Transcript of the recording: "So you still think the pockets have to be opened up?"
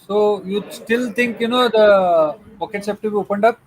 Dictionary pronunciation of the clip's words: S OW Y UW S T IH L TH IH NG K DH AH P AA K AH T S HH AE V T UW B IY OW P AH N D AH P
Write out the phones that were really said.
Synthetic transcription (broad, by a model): S OW Y UW S T IH L T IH NG K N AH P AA K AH T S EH P T UW B IY OW P AH N D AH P